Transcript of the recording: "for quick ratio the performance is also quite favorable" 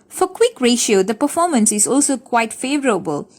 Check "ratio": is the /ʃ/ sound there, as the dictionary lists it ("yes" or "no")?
yes